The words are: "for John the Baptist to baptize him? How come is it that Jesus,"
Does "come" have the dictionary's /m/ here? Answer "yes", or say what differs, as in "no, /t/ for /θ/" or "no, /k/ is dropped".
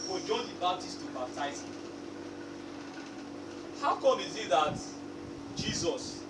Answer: no, /m/ is dropped